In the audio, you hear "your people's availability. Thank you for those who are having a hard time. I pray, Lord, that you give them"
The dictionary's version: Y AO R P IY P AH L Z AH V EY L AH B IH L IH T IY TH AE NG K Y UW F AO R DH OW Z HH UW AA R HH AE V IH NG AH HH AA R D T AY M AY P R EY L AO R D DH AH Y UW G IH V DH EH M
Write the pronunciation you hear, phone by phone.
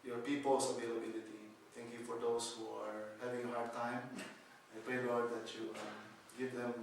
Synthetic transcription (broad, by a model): Y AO R P IY P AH L S AH V EY L AH B IH L IH T IY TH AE NG K Y UW F AO R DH OW S HH UW AA R HH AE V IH NG AH HH AA R D T AY M AY P R EY L AO R D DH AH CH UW G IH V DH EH M